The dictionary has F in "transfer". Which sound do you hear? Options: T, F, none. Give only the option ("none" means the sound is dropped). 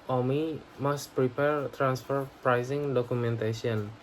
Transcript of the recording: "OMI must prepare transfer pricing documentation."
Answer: F